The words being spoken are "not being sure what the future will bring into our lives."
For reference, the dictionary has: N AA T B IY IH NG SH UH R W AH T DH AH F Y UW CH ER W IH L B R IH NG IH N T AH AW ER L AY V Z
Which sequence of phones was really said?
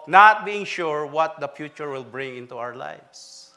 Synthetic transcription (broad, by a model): N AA T B IY IH NG SH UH R W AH T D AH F Y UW CH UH W IH L B R IH NG IH N T AH AW ER L AY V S